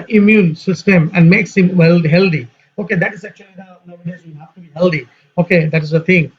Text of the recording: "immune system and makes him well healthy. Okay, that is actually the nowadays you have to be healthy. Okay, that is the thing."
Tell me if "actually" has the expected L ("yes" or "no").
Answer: no